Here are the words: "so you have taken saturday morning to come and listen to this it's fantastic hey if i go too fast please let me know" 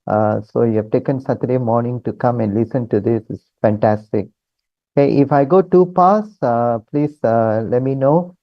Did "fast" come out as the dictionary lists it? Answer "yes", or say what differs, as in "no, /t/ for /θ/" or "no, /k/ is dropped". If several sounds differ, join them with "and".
no, /p/ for /f/